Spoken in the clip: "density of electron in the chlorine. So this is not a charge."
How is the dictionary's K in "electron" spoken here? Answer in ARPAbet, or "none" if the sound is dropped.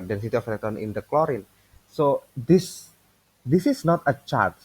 none